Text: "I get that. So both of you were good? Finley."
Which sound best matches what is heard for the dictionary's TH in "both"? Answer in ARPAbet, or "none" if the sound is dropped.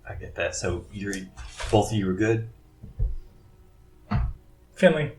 TH